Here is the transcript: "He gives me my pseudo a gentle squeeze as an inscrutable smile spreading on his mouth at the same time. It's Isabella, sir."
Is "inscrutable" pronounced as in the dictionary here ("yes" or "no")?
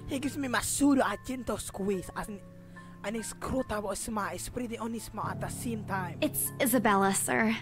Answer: no